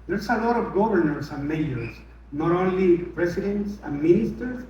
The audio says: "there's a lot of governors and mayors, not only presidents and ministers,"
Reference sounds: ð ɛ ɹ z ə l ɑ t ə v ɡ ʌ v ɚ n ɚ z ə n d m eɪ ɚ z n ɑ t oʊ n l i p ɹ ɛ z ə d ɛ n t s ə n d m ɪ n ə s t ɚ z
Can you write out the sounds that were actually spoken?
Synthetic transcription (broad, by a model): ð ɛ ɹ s ə l ɑ t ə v ɡ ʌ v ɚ n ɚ s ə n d m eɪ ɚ s n ɑ t oʊ n l i p ɹ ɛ s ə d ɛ n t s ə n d m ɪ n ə s t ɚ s